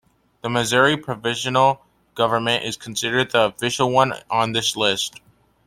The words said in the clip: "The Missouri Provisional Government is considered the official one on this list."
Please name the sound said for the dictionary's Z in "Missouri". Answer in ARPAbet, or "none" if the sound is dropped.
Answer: Z